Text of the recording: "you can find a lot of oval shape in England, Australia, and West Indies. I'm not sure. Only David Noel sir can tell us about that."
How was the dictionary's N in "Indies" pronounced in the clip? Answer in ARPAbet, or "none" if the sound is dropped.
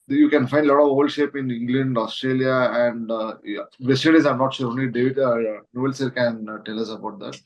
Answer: none